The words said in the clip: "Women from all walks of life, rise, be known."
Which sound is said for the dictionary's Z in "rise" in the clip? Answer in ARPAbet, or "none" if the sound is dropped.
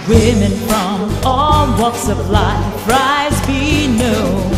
Z